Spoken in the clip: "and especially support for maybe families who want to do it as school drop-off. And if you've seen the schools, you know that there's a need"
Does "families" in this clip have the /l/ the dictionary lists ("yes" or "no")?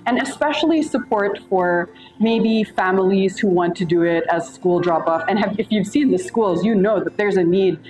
yes